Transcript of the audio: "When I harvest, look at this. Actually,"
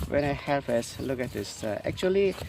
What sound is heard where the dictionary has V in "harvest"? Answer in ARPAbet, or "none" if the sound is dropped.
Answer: F